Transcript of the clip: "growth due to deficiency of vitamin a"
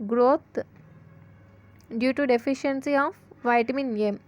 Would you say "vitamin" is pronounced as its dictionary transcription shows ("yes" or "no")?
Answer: yes